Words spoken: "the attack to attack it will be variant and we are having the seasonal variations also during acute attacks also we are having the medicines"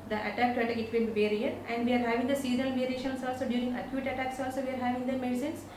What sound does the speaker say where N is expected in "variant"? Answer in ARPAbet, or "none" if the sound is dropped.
none